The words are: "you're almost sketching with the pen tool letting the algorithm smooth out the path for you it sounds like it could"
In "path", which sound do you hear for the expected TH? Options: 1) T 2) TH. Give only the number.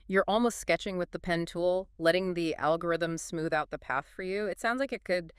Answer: 2